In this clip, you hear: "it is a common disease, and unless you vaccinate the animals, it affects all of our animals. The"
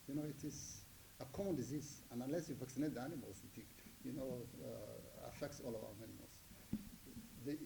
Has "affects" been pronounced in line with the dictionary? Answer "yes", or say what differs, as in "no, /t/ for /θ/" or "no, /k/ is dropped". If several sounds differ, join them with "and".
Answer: yes